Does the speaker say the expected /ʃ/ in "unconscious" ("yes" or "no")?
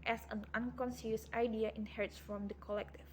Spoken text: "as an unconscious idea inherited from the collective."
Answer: no